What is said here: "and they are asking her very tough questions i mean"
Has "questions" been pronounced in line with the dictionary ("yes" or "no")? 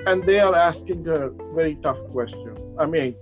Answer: no